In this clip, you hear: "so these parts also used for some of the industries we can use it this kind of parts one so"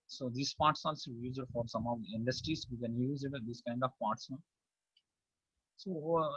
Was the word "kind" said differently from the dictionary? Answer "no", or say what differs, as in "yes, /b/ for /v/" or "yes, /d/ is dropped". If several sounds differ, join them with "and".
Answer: no